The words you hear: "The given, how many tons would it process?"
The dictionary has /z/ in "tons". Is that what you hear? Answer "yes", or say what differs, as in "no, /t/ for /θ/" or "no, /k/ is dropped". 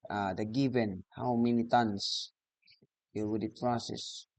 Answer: no, /s/ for /z/